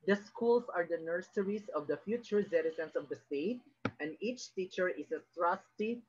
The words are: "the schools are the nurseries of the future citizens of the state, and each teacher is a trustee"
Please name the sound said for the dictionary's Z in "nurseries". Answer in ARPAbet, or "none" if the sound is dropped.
S